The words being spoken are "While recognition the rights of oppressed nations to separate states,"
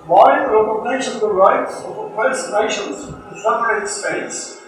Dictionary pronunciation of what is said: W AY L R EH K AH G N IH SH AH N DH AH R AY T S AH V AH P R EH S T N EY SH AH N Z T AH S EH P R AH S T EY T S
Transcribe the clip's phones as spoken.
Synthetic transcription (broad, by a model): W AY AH R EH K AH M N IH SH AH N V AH R AY T S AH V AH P EH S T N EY SH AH N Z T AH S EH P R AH S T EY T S